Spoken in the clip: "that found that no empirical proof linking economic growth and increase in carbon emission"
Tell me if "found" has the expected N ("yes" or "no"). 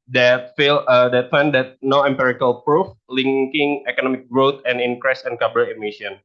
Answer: no